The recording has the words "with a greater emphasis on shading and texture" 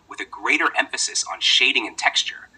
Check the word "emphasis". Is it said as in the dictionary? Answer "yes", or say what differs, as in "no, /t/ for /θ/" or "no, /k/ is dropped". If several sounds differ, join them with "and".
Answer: yes